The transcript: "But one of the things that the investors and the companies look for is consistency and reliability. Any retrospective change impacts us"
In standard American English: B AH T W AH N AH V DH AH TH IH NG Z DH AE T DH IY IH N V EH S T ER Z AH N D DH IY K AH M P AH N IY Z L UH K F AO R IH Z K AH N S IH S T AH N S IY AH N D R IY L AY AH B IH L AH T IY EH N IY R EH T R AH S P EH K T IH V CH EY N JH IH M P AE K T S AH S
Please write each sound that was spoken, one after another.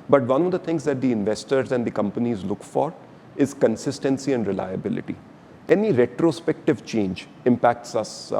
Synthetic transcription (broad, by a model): B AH T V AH N AH V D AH T IH NG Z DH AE T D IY IH N V EH S T ER Z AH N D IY K AH M P AH N IY Z L UH K F AO R IH Z K AH N S IH S T AH N S IY AH N D R IY L AY AH B IH L AH T IY EH N IY R EH T R AH S P EH K T IH V CH EY N JH IH M P AE K T S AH S